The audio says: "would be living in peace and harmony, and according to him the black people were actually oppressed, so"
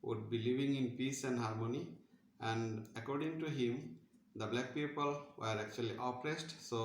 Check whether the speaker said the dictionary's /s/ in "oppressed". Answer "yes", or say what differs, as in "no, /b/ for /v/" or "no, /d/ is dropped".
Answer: yes